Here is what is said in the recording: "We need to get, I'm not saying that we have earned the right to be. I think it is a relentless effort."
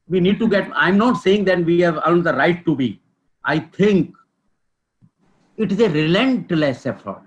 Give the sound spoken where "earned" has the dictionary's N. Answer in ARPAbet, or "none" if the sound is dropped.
L